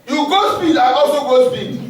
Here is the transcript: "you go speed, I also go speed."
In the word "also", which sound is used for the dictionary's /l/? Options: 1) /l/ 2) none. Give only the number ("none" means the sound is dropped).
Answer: 2